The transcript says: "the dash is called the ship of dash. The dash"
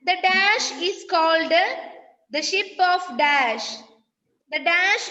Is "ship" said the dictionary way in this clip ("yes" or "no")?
yes